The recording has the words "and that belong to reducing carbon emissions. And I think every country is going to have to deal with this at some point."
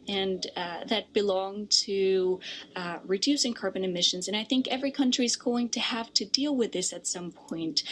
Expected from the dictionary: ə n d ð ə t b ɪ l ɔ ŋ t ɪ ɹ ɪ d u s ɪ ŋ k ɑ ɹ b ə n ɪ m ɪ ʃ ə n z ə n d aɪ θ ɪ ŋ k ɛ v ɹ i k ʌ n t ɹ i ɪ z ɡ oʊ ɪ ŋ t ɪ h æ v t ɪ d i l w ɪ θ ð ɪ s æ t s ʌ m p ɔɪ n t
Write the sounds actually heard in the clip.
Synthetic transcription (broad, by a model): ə n ð ə t b ɪ l ɔ ŋ t ɪ ɹ ɪ d u s ɪ ŋ k ɑ ɹ b ə n ɪ m ɪ ʃ ə n z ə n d aɪ θ ɪ ŋ k ɛ v ɹ i k ʌ n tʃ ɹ i ɪ z ɡ oʊ ɪ ŋ t ɪ h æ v t ɪ d i l w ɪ ð ɪ s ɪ t s ʌ m p ɔɪ n t